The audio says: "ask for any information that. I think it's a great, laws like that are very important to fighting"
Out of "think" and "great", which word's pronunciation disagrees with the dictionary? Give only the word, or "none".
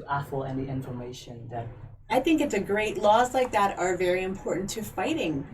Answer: none